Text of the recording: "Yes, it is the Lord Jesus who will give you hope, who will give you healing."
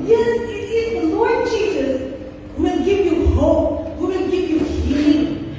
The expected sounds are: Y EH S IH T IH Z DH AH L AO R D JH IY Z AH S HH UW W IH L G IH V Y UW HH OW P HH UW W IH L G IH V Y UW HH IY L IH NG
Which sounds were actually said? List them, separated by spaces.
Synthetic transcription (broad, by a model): Y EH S IH T IH Z DH AH L AO R D JH IY Z AH S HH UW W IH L G IH V Y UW HH OW P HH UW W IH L G IH V Y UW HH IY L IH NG